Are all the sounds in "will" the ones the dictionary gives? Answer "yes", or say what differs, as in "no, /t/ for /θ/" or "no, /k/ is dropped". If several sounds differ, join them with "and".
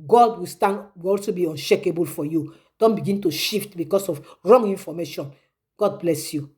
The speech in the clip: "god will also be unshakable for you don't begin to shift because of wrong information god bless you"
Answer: no, /w/ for /l/